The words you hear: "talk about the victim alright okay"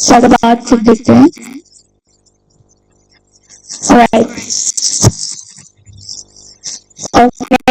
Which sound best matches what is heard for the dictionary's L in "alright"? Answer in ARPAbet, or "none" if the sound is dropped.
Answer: none